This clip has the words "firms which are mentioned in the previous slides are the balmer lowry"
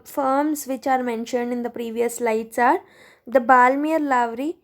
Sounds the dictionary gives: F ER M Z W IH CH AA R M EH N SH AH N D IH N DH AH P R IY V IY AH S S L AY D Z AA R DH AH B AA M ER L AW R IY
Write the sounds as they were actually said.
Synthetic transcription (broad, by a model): F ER M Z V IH CH AA R M EH N SH AH N D IH N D AH P R IY V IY AH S S L AY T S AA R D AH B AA M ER L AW R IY